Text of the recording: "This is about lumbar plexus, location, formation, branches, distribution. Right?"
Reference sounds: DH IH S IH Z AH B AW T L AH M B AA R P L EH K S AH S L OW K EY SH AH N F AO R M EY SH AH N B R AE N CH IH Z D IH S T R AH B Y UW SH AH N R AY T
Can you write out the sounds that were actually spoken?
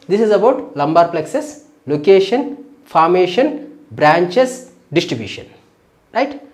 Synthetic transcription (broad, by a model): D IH S IH Z AH B AW T L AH M B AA R P L EH K S AH S L OW K EY SH AH N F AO R M EY SH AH N B R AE N CH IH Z D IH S T R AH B Y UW SH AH N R AY T